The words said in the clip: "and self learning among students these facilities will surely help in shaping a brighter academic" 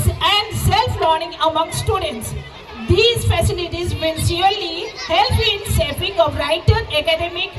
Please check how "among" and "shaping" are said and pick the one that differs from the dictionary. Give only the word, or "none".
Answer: shaping